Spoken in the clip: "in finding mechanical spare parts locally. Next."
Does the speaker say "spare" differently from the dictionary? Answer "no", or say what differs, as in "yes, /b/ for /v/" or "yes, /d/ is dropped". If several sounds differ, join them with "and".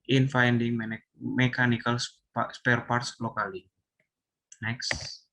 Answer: no